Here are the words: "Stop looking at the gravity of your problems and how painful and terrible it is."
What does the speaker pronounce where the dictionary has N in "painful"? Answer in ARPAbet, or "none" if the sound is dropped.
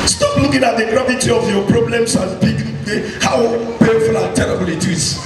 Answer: none